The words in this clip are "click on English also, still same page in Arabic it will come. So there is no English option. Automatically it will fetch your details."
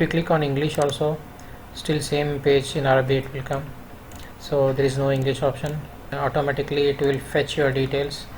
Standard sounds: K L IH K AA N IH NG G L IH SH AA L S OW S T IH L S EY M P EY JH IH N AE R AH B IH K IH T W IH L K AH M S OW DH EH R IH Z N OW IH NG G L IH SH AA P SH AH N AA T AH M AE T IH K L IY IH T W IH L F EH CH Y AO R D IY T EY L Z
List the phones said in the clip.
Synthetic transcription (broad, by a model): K L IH K AA N IH NG G L IH SH AA L S OW S T IH L S EY M P EY JH IH N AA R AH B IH IH T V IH L K AH M S OW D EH R IH Z N OW IH NG G L IH SH AA P SH AH N AA T AH M AE T IH K L IY IH T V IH L F EH CH Y AO R D IY T EY L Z